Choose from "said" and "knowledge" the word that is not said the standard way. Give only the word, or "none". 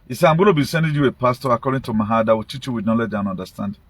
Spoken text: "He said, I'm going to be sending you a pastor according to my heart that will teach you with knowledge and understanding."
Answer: said